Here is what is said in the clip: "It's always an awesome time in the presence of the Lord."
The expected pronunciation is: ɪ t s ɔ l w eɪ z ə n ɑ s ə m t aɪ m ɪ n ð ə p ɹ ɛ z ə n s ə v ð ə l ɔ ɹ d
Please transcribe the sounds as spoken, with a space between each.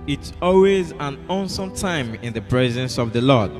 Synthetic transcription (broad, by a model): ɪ t s ɔ l w eɪ z ə n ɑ s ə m t aɪ m ɪ n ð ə p ɹ ɛ z ə n s ə v ð ə l ɔ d